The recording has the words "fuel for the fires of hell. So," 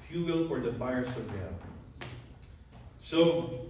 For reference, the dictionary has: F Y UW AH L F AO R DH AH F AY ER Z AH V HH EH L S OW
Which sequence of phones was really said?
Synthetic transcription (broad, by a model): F Y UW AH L F AO R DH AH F AY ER S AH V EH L S OW